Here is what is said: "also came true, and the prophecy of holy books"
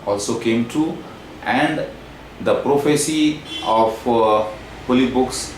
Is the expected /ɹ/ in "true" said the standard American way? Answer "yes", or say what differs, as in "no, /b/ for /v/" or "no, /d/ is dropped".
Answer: no, /ɹ/ is dropped